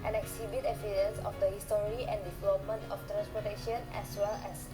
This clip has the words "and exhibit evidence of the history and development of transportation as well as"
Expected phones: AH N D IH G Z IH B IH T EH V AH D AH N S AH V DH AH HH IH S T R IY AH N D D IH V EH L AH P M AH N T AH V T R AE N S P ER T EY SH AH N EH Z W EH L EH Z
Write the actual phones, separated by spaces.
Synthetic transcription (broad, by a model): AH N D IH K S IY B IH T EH F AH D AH N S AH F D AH HH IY S T R IY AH N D D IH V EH L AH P M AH N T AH F T R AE N S P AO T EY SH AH N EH S W EH L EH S